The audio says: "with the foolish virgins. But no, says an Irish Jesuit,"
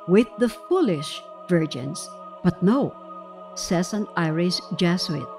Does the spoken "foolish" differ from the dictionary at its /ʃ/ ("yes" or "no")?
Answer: no